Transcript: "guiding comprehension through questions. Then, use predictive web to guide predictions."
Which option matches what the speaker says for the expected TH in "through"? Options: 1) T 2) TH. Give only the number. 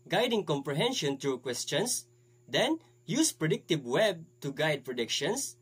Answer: 1